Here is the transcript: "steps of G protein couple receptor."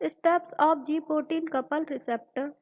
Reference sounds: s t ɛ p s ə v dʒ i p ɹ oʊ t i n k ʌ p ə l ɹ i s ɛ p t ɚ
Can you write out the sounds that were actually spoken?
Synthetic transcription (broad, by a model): s t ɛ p s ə p dʒ i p ɹ t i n k ʌ p ə l ɹ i s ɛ p t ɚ